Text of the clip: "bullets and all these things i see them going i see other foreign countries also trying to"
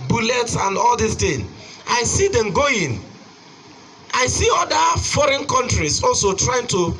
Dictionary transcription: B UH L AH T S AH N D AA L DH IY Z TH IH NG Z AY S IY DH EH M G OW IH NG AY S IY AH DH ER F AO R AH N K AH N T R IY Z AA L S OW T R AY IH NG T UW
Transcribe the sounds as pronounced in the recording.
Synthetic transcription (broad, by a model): B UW L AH T S AH N D AA L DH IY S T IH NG AY S IY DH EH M G OW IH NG AY S IY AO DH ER F AO R AH N K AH N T R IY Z AA L S OW T R AY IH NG T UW